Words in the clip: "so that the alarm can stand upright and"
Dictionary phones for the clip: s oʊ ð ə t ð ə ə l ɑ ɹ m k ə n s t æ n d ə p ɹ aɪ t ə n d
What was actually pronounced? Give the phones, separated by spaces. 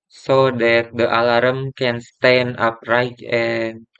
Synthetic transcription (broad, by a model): s oʊ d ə t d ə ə l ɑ ɹ m k ə n s t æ n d ə p ɹ aɪ t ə n